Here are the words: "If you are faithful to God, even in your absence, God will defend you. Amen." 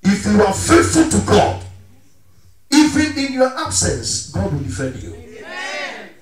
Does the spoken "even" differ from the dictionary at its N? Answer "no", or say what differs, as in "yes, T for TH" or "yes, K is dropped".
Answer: yes, N is dropped